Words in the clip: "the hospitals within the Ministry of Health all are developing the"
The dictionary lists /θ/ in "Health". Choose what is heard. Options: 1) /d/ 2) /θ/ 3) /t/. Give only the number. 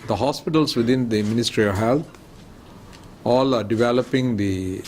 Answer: 3